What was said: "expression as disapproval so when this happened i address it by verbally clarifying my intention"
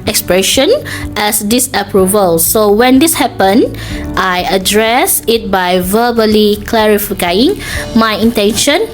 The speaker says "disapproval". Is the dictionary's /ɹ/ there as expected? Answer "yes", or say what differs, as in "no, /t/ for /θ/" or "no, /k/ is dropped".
yes